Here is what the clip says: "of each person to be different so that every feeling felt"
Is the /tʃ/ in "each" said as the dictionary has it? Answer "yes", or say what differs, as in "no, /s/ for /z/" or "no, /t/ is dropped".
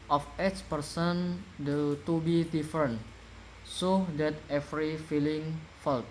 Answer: no, /s/ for /tʃ/